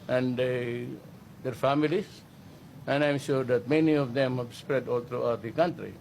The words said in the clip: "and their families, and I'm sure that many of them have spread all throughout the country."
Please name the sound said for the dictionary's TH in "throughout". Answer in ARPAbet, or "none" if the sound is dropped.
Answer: T